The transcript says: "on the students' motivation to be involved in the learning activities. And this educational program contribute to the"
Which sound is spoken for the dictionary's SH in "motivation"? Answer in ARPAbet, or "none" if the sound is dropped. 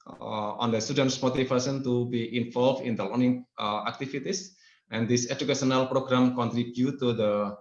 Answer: S